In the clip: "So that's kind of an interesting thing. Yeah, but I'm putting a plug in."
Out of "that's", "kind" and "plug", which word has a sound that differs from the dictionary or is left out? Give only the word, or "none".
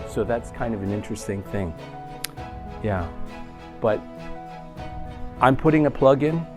none